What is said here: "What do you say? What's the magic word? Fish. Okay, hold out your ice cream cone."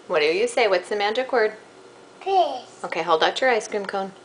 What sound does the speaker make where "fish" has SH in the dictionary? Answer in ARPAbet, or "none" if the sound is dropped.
none